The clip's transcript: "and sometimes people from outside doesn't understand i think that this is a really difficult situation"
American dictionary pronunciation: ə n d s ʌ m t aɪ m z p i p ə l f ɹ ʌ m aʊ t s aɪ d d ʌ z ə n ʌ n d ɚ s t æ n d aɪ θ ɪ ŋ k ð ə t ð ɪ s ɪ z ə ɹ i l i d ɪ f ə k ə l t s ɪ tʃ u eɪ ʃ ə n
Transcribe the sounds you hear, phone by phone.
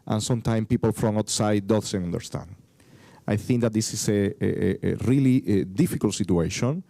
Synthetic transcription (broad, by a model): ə n s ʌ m t aɪ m p i p ə l f ɹ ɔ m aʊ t s aɪ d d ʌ s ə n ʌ n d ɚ s t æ n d aɪ θ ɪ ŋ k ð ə t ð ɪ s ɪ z ə ɹ i l i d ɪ f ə k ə l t s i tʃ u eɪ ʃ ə n